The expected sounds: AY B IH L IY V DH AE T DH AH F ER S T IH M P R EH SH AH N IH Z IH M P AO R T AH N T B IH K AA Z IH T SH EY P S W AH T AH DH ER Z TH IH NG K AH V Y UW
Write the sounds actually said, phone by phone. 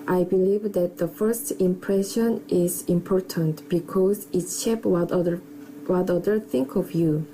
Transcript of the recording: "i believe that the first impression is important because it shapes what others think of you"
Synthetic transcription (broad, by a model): AY B IH L IY V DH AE T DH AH F ER S T IH M P R EH SH AH N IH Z IH M P AO R T AH N T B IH K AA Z IH T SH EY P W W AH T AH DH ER TH IH NG K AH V Y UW